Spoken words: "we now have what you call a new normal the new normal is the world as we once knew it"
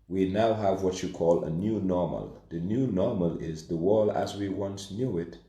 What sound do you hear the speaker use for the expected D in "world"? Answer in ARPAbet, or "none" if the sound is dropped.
none